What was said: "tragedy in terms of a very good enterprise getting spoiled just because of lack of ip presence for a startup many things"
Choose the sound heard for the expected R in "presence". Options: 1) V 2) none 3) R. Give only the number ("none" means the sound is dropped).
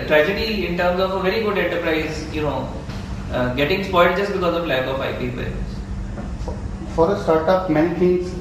2